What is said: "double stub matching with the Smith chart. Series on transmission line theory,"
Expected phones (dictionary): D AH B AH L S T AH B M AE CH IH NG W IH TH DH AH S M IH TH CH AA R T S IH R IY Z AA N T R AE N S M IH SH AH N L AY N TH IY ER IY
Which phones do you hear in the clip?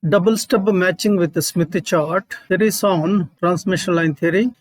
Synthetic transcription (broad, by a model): D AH B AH L S T AH B M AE CH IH NG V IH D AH S M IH T CH AA R T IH R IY S AA N T R AE N S M IH SH AH N L AY N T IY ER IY